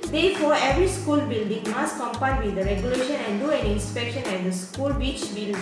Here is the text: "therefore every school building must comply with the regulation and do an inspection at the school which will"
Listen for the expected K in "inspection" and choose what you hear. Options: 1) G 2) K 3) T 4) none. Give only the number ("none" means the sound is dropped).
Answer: 2